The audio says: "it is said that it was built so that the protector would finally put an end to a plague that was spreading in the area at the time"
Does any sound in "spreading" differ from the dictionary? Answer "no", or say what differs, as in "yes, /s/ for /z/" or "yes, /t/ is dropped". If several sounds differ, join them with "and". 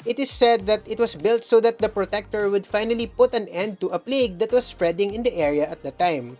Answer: no